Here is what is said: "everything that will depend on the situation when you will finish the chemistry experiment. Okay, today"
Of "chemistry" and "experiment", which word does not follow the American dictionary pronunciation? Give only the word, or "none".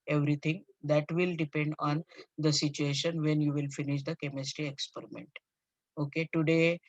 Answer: none